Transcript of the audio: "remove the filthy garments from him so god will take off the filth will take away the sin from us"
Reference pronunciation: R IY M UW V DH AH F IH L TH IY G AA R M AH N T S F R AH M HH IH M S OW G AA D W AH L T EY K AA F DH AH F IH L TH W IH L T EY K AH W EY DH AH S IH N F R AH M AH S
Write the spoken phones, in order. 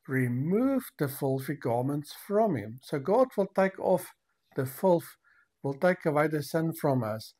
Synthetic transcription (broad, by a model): R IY M UW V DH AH F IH L F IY G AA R M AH N T S F R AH M HH IH M S OW G AA D W AH L T EY K AA F DH AH F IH L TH W IH L T EY K AH W EY DH AH S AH N F R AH M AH S